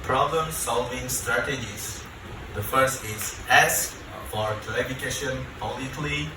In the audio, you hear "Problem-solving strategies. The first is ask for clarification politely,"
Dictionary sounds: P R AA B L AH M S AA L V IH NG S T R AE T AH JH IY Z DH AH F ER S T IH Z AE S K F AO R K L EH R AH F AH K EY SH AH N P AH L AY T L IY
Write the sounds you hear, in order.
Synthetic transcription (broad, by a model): P R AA B L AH M S AA L V IH NG S T R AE T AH JH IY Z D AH F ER S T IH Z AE S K F AO R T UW AH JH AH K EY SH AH N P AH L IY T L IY